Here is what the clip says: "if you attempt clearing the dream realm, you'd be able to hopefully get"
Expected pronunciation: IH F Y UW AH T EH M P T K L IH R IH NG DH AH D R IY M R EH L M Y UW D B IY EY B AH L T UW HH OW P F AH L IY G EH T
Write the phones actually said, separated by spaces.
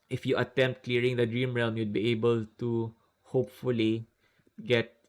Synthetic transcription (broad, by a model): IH F Y UW AH T EH M P T K L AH R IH NG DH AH D R IY M R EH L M Y UW D B IY EY B AH L T UW HH OW P F AH L IY G EH T